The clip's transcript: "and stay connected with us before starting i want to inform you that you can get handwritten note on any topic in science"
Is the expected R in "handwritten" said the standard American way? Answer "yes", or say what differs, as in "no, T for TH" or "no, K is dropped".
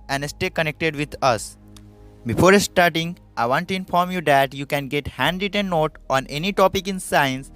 no, R is dropped